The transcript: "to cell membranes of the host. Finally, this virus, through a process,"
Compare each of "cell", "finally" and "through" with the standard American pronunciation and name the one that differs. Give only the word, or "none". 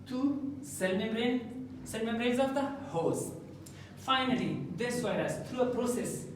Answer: through